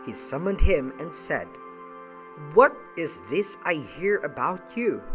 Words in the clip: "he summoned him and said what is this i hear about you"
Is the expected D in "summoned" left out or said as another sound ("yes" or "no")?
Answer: no